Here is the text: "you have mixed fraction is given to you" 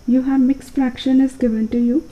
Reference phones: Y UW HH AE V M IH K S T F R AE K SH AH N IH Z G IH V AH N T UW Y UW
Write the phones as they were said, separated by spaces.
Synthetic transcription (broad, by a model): Y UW HH AE V M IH K S F R AE K SH AH N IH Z G IH V AH N T UW Y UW